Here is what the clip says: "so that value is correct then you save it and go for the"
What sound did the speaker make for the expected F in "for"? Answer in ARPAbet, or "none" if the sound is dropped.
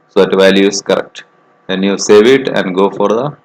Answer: F